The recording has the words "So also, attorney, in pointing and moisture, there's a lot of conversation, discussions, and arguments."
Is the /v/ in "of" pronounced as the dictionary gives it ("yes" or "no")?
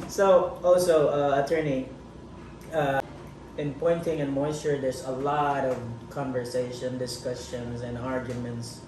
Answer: yes